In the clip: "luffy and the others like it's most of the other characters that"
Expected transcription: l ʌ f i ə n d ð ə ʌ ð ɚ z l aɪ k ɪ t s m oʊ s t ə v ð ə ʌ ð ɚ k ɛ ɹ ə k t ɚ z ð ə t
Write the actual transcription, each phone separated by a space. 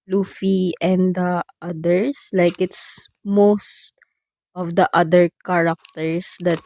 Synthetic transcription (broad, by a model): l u f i ə n d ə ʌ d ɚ s l aɪ k ɪ t s m oʊ s t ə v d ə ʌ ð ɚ k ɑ ɹ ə k t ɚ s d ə t